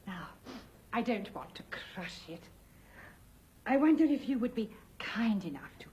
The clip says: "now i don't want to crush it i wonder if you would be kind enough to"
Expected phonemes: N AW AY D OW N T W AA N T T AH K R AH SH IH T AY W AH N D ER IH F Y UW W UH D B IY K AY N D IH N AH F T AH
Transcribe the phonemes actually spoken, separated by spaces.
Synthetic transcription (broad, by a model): N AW AY D OW N T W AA N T T AH K R AH SH IH T AY W AH N D ER IH F Y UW W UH D B IY K AY N D IH N AH F T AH